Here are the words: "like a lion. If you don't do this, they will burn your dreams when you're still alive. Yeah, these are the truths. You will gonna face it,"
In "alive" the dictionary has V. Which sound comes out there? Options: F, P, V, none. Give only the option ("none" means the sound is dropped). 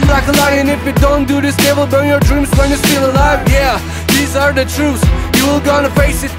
V